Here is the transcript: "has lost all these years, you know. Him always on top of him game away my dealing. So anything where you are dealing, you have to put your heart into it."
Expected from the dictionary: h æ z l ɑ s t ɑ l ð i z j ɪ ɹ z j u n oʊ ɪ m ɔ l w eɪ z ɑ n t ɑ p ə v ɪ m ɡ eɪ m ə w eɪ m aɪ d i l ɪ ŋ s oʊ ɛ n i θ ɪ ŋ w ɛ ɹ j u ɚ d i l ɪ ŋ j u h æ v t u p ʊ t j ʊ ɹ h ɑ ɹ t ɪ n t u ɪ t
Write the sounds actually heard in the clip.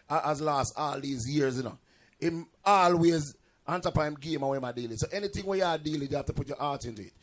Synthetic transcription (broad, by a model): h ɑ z l ɑ s t ɑ l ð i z j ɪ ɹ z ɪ n oʊ ɪ m ɔ l w eɪ z ɑ n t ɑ p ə ɪ m ɡ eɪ m ə w eɪ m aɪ d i l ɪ s oʊ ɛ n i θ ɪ ŋ w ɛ j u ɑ d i l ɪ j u h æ f t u p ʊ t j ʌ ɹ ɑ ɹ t ɪ n t u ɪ t